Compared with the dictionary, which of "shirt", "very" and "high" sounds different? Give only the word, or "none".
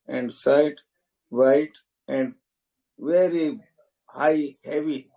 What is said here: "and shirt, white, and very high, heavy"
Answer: shirt